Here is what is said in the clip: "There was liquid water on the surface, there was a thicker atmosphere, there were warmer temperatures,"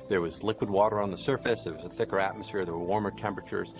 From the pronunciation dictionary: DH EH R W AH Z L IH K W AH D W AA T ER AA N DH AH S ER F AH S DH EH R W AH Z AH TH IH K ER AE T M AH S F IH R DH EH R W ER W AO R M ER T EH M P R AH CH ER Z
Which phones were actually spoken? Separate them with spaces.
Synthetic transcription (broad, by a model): DH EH R W AH Z L IH K W AH D W AA T ER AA N DH AH S ER F AH S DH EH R W AH Z AH TH IH K ER AE T M AH S F IH R DH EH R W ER W AO R M ER T EH M P R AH CH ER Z